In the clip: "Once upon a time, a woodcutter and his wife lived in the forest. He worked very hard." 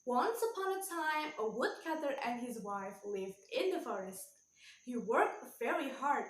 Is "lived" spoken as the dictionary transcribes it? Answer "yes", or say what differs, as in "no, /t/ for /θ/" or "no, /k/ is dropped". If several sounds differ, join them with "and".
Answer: yes